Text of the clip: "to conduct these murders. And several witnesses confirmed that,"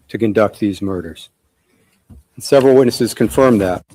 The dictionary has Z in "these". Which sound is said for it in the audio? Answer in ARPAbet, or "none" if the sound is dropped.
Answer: Z